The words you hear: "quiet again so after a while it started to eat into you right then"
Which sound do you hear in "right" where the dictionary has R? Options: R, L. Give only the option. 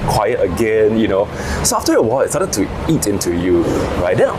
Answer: R